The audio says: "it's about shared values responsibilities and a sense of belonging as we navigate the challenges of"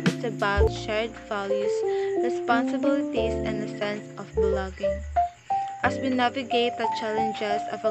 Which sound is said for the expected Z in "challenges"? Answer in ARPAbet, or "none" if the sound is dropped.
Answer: S